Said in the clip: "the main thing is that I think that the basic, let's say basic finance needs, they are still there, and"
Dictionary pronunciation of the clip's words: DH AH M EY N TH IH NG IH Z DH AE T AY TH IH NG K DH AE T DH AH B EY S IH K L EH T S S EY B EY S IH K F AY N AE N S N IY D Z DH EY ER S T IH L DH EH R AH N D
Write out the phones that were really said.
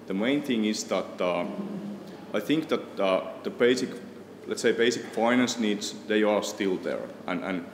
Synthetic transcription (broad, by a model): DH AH M EY N TH IH NG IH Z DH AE T AY TH IH NG K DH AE T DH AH B EY S IH K L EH T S S EY B EY S IH K F AY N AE N S N IY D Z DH EY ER S T IH L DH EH R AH N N